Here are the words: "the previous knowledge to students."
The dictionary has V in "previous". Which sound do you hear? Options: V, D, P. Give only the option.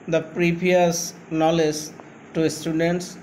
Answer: P